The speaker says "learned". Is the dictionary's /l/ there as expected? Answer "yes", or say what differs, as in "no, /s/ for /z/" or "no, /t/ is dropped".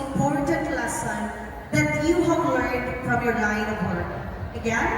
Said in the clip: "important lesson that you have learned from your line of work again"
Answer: no, /w/ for /l/